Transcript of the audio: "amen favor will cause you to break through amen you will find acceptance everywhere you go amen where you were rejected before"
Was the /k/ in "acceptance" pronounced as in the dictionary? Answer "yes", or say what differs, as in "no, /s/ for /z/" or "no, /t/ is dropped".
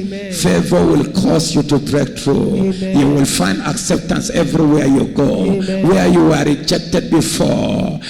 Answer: yes